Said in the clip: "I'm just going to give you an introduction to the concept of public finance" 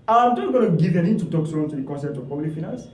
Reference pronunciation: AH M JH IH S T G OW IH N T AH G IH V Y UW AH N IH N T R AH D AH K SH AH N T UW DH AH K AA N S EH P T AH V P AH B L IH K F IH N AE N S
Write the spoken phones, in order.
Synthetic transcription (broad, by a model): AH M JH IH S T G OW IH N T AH G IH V AH N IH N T AH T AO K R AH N T UW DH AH K AA N S EH P T AH V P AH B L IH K F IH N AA N S